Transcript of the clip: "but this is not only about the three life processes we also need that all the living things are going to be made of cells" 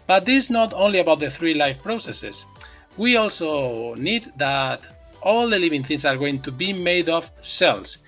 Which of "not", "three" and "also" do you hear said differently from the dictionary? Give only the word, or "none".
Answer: none